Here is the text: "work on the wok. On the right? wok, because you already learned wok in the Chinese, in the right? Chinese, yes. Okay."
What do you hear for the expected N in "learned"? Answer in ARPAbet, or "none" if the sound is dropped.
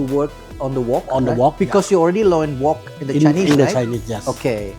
none